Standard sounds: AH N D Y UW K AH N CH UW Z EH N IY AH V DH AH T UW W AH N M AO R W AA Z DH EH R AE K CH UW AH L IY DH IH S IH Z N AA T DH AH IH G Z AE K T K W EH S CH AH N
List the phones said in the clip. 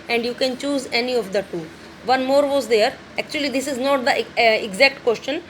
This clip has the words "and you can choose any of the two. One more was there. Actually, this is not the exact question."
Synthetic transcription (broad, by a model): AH N D Y UW K AH N CH UW Z EH N IY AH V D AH T UW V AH N M AO R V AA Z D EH R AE K CH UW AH L IY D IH S IH Z N AA T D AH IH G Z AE K T K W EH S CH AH N